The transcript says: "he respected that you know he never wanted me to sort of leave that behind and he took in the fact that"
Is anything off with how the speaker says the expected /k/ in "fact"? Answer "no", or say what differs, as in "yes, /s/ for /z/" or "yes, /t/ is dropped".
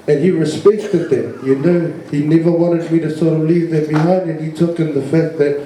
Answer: yes, /k/ is dropped